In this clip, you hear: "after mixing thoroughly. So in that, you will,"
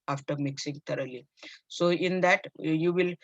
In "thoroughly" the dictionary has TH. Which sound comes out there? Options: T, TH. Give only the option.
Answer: T